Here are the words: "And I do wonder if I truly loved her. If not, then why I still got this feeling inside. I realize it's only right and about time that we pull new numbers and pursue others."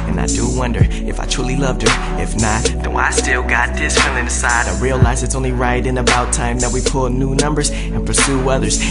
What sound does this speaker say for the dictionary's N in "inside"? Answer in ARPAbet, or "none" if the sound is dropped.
none